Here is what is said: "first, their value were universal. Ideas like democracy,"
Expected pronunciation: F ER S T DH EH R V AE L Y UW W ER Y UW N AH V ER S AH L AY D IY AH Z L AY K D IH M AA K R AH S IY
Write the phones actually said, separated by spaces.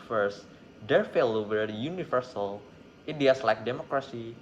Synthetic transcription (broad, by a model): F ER S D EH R F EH L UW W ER Y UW N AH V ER S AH L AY D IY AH S L AY K D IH M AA K R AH S IY